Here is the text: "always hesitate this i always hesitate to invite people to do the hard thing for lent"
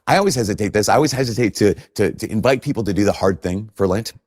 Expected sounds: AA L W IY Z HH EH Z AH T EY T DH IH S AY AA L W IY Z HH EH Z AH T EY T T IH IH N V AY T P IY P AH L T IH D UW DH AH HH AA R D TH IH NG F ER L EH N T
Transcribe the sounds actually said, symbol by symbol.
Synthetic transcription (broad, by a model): AA L W IY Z HH EH Z AH T EY T DH IH S AY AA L W IY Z HH EH Z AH T EY T T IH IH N V AY T P IY P L T IH D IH DH AH HH AA R D TH IH NG F ER L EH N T